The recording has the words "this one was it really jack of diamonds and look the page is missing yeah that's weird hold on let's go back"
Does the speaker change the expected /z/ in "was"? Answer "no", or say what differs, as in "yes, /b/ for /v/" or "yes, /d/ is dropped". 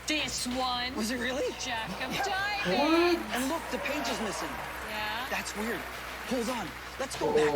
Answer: no